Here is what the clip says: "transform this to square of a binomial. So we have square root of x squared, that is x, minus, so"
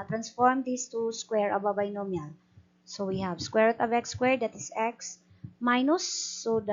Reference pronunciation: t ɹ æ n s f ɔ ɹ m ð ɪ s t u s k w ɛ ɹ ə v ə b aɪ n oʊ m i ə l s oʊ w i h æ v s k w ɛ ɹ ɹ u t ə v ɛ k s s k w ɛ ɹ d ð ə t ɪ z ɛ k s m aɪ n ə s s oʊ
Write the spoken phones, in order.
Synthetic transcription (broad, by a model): t ɹ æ n s f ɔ ɹ m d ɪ s t u s k w ɛ ɹ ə b ə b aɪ n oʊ m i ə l s oʊ w i h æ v s k w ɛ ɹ ɹ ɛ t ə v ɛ k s s k w ɛ ɹ d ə t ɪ s ɛ k s m aɪ n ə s s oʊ